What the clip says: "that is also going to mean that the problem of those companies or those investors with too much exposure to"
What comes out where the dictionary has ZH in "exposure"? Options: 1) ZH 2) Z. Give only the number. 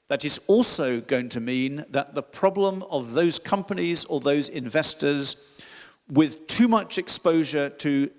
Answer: 1